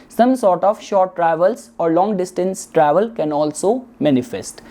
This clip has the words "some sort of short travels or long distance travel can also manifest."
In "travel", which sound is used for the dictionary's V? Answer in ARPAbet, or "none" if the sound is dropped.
V